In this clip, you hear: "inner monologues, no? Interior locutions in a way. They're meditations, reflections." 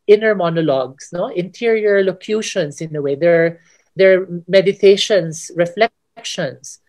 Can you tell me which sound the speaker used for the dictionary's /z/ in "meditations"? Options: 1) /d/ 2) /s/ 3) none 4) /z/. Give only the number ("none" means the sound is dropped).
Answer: 2